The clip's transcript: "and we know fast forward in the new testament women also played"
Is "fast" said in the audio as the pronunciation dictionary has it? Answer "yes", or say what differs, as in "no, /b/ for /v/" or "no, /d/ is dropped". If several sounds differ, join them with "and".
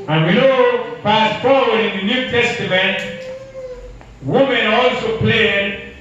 no, /p/ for /f/